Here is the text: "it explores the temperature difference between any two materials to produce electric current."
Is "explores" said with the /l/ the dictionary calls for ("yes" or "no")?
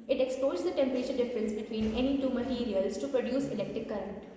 no